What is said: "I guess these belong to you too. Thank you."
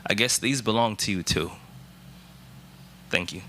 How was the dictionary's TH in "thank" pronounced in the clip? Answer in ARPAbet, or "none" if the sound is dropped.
TH